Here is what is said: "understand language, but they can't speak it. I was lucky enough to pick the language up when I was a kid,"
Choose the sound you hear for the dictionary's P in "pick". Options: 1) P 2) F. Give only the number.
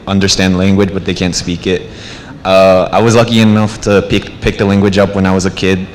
1